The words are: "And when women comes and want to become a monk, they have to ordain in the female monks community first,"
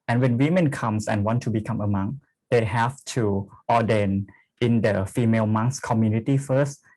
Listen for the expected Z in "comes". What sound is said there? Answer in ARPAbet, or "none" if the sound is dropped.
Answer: S